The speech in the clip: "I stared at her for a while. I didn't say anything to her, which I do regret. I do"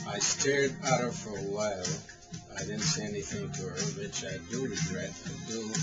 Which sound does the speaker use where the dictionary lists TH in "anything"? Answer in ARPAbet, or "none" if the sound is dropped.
TH